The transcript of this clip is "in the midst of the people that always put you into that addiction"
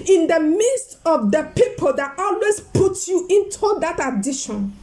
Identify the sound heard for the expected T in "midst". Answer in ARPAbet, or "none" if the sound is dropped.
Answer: T